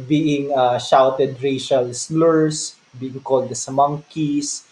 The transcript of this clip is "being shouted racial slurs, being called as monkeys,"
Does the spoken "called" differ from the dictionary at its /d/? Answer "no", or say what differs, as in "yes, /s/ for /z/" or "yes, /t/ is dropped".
no